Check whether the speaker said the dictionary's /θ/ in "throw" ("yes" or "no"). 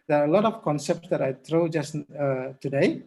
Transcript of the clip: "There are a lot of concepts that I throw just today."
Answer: no